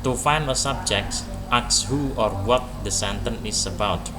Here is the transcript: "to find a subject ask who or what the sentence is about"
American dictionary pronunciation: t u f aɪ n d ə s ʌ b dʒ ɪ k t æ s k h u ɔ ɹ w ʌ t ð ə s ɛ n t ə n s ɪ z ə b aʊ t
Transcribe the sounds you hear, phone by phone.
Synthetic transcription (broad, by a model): t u f aɪ n ə s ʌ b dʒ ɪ k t s k h u ɔ ɹ w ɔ t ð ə s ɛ n t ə n ɪ s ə b aʊ t